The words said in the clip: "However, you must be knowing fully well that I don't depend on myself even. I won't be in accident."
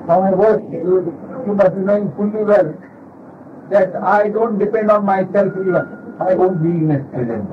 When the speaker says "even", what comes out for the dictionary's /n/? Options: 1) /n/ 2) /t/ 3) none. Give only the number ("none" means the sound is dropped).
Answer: 3